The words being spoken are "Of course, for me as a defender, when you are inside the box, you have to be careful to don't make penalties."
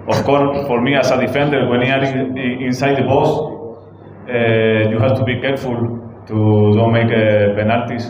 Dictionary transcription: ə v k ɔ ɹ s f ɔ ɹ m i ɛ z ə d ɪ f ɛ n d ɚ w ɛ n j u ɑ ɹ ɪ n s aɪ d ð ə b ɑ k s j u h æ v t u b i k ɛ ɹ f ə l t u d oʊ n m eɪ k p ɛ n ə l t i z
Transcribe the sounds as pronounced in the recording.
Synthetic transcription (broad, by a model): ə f k ɔ ɹ s f ɔ ɹ m i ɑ s ə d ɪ f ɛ n d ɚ w ɛ n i ɑ ɹ ɪ n s aɪ d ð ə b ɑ s j u h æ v t u b i k ɛ ɹ f ə l t u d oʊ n m eɪ k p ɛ n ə l t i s